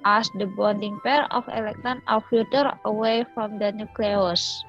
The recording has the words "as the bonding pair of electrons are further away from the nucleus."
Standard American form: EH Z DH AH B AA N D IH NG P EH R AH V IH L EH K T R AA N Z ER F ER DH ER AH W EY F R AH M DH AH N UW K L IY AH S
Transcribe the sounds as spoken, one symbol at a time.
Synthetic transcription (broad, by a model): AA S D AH B AA N D IH NG P EH R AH F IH L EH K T AA N ER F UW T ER AH W EY F R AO M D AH N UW K L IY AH S